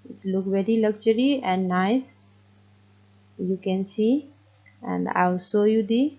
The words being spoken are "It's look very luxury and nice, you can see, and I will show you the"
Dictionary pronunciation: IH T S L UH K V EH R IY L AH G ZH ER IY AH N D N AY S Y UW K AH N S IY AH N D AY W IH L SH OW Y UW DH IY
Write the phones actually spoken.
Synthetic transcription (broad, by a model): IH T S L UH K V EH R IY L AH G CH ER IY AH N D N AY S Y UW K AH N S IY AH N D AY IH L S OW Y UW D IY